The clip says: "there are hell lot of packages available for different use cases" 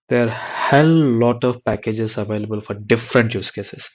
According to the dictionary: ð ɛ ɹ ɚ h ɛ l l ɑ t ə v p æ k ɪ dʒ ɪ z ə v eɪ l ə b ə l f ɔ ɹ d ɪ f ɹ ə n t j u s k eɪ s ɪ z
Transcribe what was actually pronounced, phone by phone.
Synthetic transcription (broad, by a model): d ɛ ɹ h ɛ l l ɑ t ə v p æ k ɪ dʒ ɪ z ə v eɪ l ə b ə l f ɔ ɹ d ɪ f ɹ ə n t j u s k eɪ s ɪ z